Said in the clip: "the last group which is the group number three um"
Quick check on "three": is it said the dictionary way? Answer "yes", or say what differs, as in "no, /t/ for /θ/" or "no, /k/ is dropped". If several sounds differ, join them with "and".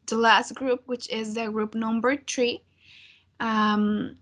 no, /t/ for /θ/